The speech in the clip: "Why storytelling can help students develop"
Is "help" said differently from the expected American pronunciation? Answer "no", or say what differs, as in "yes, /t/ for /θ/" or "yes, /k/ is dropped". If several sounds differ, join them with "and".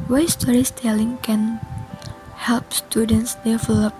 no